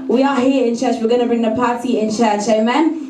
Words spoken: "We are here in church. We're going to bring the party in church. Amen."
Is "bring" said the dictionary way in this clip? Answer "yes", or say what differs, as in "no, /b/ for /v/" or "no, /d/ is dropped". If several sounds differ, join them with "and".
yes